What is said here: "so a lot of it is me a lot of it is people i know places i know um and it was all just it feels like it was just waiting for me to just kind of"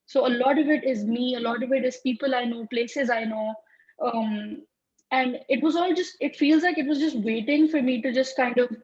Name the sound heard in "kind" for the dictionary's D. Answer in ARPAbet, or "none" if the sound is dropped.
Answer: D